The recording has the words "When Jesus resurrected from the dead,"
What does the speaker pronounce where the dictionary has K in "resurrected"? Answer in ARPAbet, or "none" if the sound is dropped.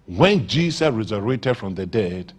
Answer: none